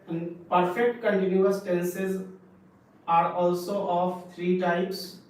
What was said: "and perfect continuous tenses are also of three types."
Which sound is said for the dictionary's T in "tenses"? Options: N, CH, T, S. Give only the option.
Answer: T